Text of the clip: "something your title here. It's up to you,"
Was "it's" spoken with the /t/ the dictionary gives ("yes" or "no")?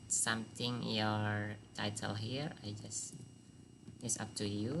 no